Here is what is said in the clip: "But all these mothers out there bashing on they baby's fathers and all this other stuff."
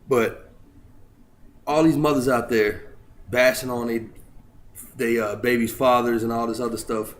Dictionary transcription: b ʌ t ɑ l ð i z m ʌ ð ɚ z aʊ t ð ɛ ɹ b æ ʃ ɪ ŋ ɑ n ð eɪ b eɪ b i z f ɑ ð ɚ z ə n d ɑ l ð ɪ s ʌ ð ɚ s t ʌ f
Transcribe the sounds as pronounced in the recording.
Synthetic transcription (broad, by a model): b ʌ t ɑ l ð i z m ʌ ð ɚ z aʊ t ð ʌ ɹ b æ s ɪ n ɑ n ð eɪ b eɪ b i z f ɑ ð ɚ z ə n ɑ l ð ɪ s ʌ ð ɚ s t ʌ f